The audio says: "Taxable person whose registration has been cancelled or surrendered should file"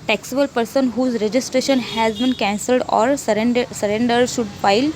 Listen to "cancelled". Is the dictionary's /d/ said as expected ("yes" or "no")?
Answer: yes